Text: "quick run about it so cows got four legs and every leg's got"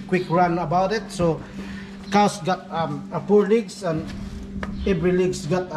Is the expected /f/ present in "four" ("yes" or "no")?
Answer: no